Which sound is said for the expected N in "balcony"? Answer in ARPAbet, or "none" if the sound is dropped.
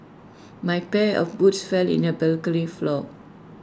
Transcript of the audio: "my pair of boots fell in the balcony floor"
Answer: L